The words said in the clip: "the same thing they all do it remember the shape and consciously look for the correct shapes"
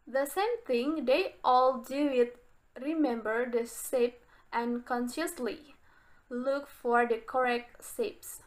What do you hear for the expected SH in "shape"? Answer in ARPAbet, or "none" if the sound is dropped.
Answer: S